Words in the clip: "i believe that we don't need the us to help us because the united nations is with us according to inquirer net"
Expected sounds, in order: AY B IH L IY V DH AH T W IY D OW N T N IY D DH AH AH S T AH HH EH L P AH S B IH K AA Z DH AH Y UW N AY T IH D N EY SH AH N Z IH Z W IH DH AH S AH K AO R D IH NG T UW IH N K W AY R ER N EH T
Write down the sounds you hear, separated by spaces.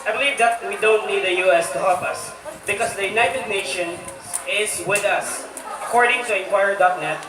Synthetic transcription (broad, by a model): AY B IH L IY V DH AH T W IY D OW N T N IY D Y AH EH S T AH HH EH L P AH S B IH K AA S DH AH Y UW N AY T IH D N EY SH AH N IH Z W IH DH AH S AH K AO R D IH NG T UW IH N K W AY R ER N EH T